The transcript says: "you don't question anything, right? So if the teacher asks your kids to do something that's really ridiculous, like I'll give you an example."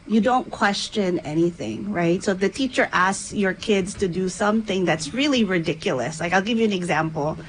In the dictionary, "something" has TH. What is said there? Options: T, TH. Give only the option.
TH